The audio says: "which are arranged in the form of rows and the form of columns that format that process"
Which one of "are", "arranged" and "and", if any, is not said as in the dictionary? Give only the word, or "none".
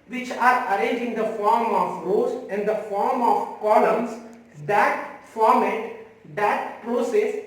arranged